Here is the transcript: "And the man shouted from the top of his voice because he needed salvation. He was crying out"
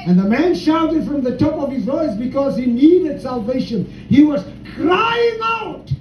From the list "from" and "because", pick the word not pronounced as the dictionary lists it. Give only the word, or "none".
none